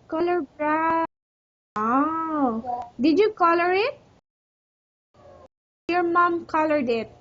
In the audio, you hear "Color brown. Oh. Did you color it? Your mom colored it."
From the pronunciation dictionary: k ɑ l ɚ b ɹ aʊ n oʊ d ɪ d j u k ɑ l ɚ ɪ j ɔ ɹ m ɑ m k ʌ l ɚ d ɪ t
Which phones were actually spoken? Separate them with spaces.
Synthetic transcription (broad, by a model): k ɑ l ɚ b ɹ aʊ oʊ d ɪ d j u k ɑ l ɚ ɪ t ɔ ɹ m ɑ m k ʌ l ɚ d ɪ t